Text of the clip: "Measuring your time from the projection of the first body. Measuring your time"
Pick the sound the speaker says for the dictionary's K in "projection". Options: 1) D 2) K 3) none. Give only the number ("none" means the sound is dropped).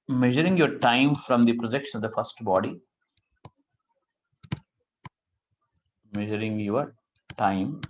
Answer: 2